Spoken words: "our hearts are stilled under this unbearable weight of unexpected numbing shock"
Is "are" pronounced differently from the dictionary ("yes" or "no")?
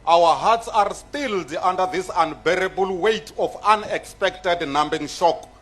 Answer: no